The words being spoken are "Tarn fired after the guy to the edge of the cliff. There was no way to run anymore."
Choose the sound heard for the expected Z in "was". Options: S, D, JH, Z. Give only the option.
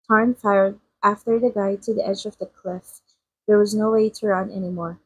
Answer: Z